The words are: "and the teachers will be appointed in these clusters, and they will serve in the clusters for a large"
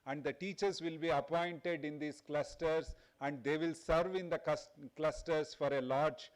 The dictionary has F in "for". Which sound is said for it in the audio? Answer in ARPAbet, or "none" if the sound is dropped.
F